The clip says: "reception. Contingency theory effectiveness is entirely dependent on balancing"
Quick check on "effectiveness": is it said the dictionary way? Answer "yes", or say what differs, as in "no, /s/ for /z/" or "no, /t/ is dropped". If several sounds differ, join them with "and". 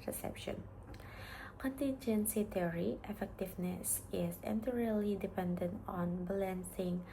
yes